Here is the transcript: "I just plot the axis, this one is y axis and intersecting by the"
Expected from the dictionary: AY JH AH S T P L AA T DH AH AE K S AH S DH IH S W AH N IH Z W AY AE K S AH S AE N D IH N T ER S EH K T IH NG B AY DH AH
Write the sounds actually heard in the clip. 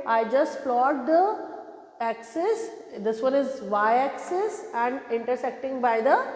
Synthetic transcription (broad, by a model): AY JH AH S T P L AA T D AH AE K S AH S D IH S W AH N IH Z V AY AE K S AH S AE N D IH N T ER S EH K T IH NG B AY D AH